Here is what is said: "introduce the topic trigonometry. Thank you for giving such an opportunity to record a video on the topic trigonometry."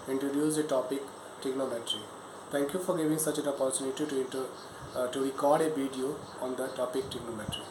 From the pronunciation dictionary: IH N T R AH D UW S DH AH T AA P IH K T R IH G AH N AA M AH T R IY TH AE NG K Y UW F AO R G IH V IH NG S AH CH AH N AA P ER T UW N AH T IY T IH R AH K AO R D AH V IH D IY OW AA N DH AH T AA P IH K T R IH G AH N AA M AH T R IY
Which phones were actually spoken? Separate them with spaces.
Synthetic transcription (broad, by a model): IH N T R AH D UW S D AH T AA P IH K T IH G N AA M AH T R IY T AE NG K Y UW F AO R G IH V IH NG S AH CH AH N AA P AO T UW N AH T IY T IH R AH K AO R D AH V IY D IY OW AA N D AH T AA P IH K T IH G N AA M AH T R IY